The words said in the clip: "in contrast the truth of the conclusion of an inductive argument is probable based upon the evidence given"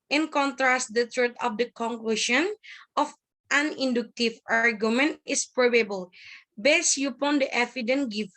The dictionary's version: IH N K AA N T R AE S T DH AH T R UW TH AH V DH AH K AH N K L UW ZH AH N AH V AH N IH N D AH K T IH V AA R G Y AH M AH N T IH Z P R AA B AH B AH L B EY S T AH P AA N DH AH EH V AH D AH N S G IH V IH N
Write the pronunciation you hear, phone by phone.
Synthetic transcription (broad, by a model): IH N K AA N T R AE S T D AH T R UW T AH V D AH K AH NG K L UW SH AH N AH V AH N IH N D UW K T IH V AA R G Y AH M AH N T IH S P R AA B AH B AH L B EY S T AH P AA N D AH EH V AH D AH N G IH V